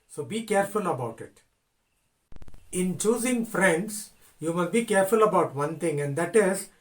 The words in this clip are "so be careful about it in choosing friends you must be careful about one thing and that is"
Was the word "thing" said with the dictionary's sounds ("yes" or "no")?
no